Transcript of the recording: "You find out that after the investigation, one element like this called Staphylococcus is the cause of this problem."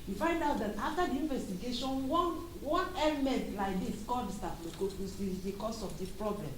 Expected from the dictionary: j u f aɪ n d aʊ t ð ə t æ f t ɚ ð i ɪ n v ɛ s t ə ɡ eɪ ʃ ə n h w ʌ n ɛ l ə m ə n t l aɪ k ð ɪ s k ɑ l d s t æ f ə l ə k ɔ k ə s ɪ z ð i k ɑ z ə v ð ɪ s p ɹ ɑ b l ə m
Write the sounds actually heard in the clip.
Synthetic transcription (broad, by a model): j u f aɪ n d aʊ t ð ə t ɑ f t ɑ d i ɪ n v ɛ s t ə ɡ eɪ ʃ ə n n w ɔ n ɛ l ə m ə n t l aɪ k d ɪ s k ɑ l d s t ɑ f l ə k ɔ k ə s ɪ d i k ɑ s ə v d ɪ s p ɹ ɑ b l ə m